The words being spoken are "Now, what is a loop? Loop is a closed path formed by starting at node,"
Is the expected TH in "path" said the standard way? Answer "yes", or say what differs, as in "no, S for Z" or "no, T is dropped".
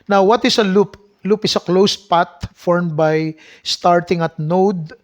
no, T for TH